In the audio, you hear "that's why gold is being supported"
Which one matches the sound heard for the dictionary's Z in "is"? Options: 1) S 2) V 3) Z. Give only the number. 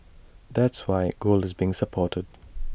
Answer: 3